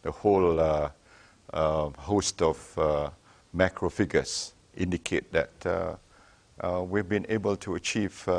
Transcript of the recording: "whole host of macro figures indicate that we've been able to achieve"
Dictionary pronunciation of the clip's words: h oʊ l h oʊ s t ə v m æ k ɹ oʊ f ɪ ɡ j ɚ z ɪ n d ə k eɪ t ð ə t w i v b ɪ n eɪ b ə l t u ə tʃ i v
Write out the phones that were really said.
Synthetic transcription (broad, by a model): h oʊ l h oʊ s t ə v m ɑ k ɹ oʊ f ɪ ɡ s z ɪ n d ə k eɪ t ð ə t w i v b ɪ n eɪ b ə l t u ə tʃ i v